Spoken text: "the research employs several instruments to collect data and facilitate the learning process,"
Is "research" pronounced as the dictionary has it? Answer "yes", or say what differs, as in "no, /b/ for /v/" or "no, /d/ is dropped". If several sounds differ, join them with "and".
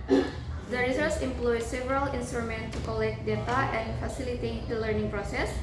no, /s/ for /tʃ/